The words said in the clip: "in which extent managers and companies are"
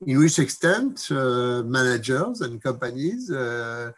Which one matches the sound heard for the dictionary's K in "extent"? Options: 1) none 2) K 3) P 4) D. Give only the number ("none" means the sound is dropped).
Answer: 2